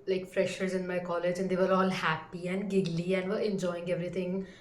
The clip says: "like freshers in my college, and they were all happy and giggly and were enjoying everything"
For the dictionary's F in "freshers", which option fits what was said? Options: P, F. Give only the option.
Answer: F